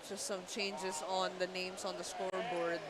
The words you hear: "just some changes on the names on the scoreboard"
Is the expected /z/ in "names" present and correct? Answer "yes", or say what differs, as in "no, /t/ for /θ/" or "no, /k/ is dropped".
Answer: no, /s/ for /z/